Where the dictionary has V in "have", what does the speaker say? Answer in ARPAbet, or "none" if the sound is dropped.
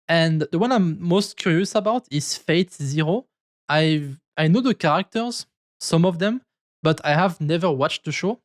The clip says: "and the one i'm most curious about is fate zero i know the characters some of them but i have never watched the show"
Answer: V